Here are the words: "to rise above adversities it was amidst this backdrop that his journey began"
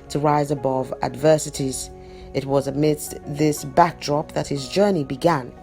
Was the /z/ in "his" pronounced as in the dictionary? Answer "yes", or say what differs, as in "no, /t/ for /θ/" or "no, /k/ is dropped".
yes